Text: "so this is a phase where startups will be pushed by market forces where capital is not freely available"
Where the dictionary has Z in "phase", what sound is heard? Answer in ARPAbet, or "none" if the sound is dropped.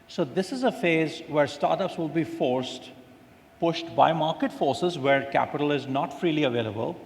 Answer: Z